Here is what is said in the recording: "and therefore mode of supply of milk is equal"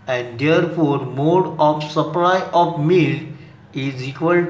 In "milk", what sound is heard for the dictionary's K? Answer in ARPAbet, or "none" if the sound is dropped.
none